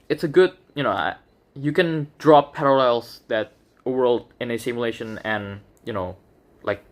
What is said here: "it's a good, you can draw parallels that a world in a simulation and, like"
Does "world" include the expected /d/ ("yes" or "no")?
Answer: yes